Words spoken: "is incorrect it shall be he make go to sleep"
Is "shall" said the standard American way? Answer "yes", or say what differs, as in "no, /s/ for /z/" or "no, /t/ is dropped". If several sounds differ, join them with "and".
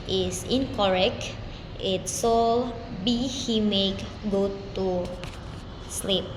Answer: no, /s/ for /ʃ/